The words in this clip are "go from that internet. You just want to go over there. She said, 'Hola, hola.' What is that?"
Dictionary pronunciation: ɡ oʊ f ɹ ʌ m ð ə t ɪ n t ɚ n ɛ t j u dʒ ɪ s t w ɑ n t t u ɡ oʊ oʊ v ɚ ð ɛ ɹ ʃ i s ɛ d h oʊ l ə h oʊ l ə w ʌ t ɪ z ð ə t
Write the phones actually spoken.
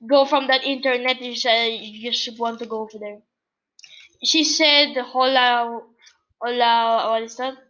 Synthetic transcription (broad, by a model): ɡ oʊ f ɹ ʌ m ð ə t ɪ n t ɚ n ɛ t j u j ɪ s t w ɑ n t t u ɡ oʊ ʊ f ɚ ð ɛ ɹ ʃ i s ɛ d h oʊ l ə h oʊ l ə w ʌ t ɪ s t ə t